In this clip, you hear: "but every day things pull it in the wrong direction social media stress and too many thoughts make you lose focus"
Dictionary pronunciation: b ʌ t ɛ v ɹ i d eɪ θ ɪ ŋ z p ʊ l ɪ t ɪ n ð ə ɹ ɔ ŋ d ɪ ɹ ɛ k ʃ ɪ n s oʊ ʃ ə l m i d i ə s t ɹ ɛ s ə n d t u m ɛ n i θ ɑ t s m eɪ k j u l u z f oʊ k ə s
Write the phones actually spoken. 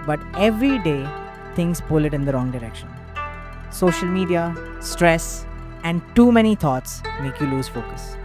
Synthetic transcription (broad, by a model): b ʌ t ɛ v ɹ i d eɪ t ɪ ŋ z p ʊ l ɪ t ɪ n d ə ɹ ɔ ŋ d ɪ ɹ ɛ k ʃ ɪ n s oʊ ʃ ə l m i d i ə s t ɹ ɛ s ə n d t u m ɛ n i t ɑ t s m eɪ k j u l u z f oʊ k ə s